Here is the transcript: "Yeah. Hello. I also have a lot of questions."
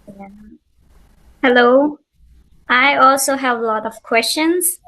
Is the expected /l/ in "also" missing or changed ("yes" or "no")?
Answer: no